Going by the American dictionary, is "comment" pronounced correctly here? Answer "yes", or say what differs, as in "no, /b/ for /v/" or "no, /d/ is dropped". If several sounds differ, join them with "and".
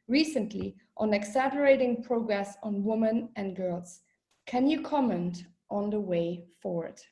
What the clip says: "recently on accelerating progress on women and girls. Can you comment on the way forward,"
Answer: yes